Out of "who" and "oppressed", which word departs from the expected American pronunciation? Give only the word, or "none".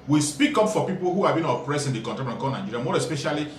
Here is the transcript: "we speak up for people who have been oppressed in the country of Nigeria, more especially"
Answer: none